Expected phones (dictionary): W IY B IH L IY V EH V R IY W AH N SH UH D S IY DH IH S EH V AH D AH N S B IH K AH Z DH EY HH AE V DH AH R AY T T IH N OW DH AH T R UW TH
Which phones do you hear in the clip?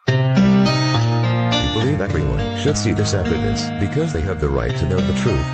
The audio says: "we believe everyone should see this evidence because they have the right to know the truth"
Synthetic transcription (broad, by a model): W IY B IH L IY V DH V R IY W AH N SH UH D S IY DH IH S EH F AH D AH S B IH K AH Z DH EY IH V DH AH R AY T T IH N OW DH AH T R UW TH